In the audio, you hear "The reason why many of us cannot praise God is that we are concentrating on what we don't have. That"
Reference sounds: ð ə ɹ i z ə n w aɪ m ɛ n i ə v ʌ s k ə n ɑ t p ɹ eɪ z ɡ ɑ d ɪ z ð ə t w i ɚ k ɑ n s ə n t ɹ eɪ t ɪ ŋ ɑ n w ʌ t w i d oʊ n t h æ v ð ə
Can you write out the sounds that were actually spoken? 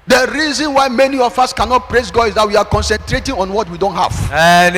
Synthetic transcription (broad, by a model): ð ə ɹ i z ə n w aɪ m ɛ n i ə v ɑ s k ə n ɑ t p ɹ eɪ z ɡ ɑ ɪ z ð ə t w i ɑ k ɑ n s ə n t ɹ eɪ t ɪ ŋ ɑ n w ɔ t w i d oʊ n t h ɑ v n